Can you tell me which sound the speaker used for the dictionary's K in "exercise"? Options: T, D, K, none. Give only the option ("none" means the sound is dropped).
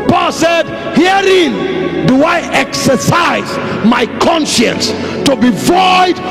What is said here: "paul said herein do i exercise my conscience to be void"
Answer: K